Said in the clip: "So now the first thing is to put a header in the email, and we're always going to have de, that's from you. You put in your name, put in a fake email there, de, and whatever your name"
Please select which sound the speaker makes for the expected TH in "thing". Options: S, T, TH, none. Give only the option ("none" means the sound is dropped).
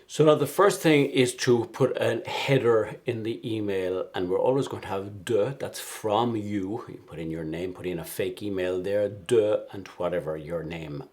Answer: TH